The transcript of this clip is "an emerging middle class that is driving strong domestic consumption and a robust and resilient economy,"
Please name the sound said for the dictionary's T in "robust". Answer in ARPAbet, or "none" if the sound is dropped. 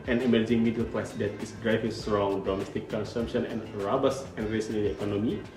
none